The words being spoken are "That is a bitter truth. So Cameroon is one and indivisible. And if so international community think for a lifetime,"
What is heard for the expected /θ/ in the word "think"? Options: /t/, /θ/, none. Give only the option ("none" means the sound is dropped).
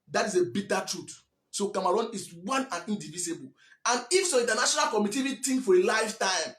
/t/